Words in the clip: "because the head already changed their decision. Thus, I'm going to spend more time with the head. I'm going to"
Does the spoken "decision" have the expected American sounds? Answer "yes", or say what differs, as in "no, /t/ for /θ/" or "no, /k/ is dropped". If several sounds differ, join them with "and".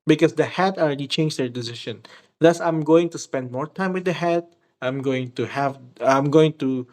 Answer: no, /ʃ/ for /ʒ/